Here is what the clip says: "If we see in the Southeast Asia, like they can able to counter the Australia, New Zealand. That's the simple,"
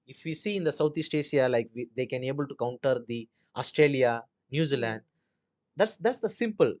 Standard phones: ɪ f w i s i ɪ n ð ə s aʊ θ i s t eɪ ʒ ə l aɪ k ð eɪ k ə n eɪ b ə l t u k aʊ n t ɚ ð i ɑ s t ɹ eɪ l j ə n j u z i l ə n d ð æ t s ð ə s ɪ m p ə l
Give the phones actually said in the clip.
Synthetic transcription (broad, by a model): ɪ f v i s i ɪ n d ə s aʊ t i s t eɪ ʃ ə l aɪ k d eɪ k ə n eɪ b ə l t u k aʊ n t ɚ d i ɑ s t ɹ eɪ l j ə n j u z i l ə n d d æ t s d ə s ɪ m p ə l